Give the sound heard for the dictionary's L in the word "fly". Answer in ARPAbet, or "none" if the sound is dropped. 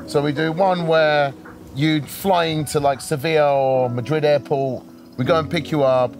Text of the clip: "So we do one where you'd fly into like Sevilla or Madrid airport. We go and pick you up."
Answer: L